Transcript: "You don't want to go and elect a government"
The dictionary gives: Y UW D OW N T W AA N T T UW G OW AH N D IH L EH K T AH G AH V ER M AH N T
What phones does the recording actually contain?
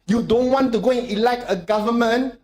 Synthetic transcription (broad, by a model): Y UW D OW N T W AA N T T UW G OW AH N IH L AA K AH G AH V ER M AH N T